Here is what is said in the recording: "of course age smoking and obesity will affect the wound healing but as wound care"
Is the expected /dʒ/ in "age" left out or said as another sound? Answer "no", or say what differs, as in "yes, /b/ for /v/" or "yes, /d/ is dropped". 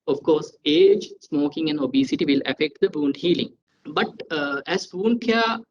no